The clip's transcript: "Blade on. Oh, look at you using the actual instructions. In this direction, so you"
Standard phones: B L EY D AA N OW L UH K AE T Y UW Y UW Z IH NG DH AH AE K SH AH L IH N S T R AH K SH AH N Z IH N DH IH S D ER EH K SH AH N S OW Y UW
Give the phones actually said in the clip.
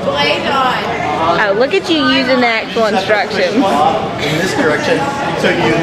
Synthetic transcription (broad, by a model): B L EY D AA OW L UH K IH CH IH Y UW Z IH NG DH AH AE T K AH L N S T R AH K SH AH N IH N DH IH S D ER EH K SH AH N S OW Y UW